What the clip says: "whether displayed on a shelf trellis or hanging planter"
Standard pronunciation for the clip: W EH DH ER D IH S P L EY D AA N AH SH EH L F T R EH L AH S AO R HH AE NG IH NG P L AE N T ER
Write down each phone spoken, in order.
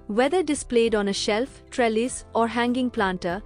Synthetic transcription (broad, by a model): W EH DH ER D IH S P L EY D AA N AH SH EH L F T R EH L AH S AO R HH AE NG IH NG P L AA N T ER